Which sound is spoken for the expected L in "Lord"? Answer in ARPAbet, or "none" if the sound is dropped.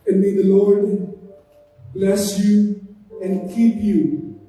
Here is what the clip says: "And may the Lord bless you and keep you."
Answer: L